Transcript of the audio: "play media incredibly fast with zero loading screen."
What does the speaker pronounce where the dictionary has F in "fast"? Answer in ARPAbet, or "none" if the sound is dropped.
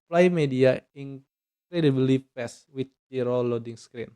P